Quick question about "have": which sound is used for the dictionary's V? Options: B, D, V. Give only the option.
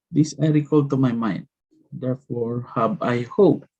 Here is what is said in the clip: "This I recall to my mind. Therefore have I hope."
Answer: B